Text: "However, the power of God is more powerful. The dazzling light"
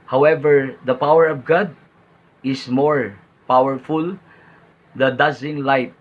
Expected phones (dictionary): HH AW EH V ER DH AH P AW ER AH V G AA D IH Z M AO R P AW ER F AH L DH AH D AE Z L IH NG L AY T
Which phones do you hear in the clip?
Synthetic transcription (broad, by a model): HH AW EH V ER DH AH P AW ER AH V G AA D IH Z M AO R P AW ER F AH L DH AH D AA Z IH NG L AY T